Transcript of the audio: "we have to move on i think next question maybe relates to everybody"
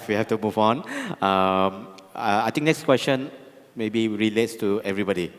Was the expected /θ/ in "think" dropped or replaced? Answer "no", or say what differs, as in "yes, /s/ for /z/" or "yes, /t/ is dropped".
yes, /t/ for /θ/